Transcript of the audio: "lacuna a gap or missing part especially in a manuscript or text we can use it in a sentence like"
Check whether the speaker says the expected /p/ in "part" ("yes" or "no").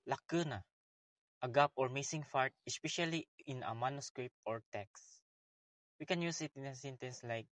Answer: no